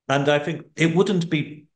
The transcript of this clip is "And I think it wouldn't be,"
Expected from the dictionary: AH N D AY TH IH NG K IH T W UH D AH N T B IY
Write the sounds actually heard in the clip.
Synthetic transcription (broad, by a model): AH N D AY TH IH NG K IH T W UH D N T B IY